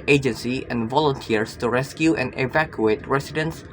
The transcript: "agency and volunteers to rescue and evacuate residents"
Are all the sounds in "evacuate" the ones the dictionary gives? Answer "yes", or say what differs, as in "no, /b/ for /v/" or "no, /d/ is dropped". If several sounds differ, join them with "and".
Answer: yes